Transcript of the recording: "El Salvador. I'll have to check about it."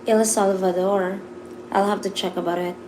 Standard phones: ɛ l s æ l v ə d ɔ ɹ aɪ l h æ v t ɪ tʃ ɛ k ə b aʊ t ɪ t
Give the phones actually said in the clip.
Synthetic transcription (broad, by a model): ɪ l s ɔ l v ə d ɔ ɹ aɪ l h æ f t ɪ tʃ ɛ k ə b aʊ t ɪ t